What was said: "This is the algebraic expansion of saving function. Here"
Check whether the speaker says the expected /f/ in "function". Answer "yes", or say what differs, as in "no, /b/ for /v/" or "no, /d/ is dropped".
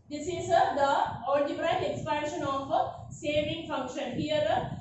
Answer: yes